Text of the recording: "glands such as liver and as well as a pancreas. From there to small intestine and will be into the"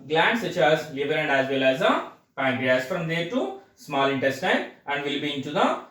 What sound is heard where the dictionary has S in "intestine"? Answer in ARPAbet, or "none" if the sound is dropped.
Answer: S